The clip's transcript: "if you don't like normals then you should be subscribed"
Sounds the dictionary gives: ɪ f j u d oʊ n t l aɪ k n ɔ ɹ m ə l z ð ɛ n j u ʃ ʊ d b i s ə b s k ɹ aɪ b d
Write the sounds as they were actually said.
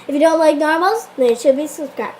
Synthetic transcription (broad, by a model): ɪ f j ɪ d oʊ n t l aɪ k n ɔ ɹ m ə l z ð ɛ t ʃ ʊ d b i s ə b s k ɹ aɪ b